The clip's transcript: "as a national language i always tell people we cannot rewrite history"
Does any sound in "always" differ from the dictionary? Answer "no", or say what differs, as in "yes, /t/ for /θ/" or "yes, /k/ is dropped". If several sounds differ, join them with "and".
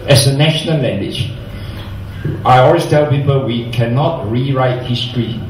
yes, /z/ is dropped